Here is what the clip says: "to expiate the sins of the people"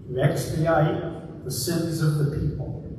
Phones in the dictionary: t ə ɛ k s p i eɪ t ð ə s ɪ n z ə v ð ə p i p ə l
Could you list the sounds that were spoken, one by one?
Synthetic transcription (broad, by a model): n ɛ k s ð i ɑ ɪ ð ə s ɪ n z ə v ð ə p i p l